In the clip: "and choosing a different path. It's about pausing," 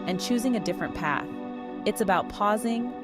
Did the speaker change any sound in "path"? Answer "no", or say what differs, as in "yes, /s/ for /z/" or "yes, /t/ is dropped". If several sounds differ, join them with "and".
no